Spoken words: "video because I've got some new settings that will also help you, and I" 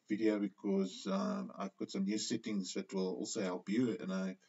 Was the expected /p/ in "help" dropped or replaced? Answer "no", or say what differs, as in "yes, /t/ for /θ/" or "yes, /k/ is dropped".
yes, /b/ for /p/